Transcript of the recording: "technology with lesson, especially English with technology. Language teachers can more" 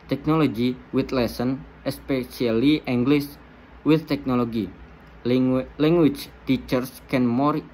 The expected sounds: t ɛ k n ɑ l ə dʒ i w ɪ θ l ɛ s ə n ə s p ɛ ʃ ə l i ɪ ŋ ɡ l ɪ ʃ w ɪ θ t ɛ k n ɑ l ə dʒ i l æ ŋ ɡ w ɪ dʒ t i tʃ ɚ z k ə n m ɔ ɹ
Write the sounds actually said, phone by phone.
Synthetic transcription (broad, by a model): t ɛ k n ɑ l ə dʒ i w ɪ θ l ɛ s ə n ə s p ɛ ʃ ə l i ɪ ŋ ɡ l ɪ s w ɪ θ t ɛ k n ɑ l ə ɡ i l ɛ ŋ ɡ w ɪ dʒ t i tʃ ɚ s k ə n m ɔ ɹ